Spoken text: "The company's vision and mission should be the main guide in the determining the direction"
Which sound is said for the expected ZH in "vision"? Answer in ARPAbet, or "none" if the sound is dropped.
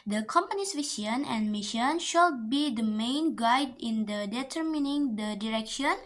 S